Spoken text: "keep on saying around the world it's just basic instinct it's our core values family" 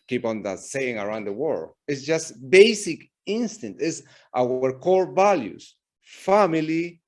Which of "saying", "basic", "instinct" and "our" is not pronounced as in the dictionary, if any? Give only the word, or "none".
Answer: instinct